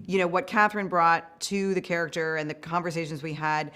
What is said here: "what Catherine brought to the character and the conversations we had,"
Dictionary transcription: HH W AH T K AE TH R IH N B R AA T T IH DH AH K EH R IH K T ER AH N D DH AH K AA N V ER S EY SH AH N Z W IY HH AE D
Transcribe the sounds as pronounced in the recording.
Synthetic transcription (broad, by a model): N W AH T K AE TH R IH N B R AA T T IH DH AH K EH R IH K T ER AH N DH AH K AA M V ER S EY SH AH N Z W IY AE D